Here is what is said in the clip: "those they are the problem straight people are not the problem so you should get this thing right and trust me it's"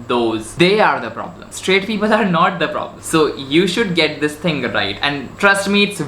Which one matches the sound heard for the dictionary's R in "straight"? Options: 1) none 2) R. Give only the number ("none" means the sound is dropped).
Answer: 2